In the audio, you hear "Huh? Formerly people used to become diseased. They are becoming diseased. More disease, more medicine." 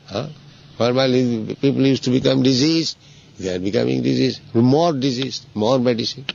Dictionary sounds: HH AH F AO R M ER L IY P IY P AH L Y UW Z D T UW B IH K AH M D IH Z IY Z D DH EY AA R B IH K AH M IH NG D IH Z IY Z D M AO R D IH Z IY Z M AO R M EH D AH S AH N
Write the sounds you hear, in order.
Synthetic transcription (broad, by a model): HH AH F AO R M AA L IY P IY P AH L Y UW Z T UW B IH K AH M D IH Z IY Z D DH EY AA R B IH K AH M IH NG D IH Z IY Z M AO R D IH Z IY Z M AO R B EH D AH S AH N